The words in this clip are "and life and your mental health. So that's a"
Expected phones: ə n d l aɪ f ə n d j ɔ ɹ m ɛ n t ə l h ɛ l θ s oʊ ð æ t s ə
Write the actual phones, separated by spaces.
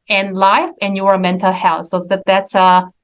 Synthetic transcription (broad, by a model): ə n l aɪ f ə n j ɔ ɹ m ɛ n t ə l h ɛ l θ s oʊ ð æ t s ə